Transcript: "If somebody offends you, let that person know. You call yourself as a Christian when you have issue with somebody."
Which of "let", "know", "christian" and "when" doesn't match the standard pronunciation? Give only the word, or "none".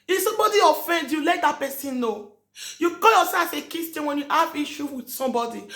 christian